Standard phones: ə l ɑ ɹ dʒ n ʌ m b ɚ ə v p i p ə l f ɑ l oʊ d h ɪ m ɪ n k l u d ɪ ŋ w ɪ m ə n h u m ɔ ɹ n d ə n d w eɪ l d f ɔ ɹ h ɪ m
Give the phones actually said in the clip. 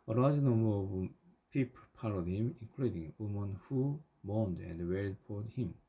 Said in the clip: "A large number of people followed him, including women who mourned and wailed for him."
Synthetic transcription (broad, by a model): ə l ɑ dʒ n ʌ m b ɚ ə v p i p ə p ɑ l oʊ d h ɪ m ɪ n k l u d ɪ ŋ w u m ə n h u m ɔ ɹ n d ə n d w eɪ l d p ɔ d h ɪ m